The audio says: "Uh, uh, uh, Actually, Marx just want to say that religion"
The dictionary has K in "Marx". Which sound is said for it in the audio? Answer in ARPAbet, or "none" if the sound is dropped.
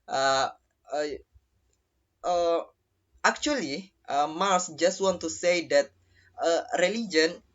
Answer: none